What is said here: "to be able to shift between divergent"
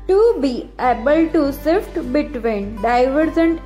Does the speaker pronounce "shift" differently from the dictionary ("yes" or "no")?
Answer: yes